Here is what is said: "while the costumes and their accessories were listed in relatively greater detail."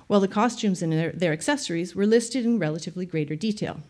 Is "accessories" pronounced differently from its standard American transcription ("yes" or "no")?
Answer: no